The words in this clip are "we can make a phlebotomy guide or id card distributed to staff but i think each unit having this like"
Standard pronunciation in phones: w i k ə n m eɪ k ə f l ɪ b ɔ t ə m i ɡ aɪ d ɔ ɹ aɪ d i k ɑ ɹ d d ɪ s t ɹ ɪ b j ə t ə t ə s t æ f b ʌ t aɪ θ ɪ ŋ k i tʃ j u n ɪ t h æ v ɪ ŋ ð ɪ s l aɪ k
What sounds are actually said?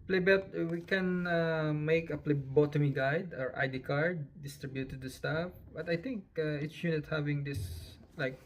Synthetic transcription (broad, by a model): w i k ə n m eɪ k ə p l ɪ b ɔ t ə m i ɡ aɪ d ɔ ɹ aɪ d i k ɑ ɹ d d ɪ s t ɹ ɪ b j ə t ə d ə s t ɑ f b ʌ t aɪ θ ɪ ŋ k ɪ s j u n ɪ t h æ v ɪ ŋ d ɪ s l aɪ k